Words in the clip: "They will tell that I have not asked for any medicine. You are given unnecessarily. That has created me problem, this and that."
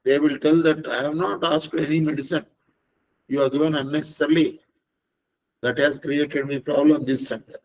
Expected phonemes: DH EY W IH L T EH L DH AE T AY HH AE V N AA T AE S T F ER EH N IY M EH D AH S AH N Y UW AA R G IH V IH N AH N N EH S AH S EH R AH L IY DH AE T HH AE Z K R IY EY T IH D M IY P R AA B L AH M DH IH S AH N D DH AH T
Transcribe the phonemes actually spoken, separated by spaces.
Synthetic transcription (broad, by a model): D EY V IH L T EH L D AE T AY HH AE V N AA T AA S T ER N IY M EH D AH S AH N Y UW AA R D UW IH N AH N N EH S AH S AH R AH L IY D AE T HH AE Z K R IY EY T IH D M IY P R AA B L AH M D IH S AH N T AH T